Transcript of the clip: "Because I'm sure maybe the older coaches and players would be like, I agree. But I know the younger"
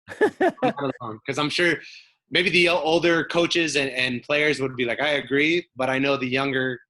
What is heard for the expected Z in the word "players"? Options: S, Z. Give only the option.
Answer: Z